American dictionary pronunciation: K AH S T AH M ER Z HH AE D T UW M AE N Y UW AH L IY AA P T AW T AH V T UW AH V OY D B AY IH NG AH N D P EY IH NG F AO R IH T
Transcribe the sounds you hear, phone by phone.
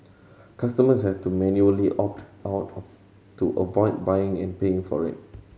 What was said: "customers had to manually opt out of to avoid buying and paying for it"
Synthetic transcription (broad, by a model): K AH S T AH M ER S HH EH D T UW M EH N Y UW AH L IY AA P T AW T T UW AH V OY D B AY IH NG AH N P EY IH NG F AO R IH T